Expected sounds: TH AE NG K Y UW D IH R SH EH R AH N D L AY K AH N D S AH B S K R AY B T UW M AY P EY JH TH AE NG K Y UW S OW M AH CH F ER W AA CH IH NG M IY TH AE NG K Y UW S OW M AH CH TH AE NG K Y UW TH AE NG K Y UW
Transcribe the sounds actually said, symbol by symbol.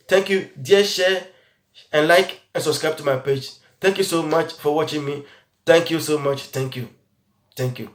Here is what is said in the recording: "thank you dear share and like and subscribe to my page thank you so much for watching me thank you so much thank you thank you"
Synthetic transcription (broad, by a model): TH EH NG K Y UW D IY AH SH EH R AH N L AY K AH N S AH B S K R AY B T UW M AY P EY JH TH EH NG K Y UW S OW M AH CH F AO W AA CH IH NG M IY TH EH NG K Y UW S OW M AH CH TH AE NG K Y UW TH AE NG K Y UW